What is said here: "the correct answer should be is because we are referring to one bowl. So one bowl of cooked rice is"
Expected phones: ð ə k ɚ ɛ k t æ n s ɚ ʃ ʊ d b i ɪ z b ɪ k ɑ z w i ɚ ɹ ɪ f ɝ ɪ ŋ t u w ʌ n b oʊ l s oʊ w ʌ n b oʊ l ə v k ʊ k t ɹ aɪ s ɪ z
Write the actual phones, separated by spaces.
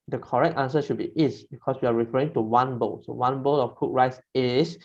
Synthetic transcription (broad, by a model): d ə k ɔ ɛ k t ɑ n s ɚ ʃ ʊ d b i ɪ s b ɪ k ɑ s w i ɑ ɹ ɪ f ɝ ɪ ŋ t u w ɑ n b oʊ l s oʊ w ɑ n b oʊ l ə f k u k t ɹ aɪ s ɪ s